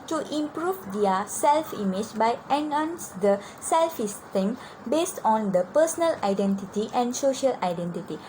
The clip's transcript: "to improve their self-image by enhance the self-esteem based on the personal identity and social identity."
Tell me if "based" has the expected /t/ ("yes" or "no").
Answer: yes